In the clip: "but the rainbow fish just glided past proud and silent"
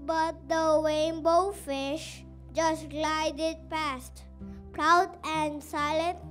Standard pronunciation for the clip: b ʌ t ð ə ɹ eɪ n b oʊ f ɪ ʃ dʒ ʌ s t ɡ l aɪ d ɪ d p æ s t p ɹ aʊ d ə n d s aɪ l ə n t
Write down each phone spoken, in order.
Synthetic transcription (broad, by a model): b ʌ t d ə w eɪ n b oʊ f ɪ ʃ dʒ ʌ s t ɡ l aɪ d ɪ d p æ s t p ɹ aʊ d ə n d s aɪ l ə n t